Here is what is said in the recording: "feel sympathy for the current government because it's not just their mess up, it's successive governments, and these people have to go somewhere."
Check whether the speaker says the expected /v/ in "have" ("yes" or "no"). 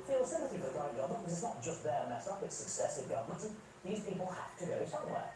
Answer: no